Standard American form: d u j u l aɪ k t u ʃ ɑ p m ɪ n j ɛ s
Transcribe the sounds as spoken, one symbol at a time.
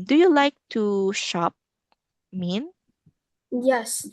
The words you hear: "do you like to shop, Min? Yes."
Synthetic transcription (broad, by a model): d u j u l aɪ k t u ʃ ɑ p m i n j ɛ s